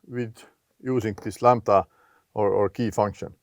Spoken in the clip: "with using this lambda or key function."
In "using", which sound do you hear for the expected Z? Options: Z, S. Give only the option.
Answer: S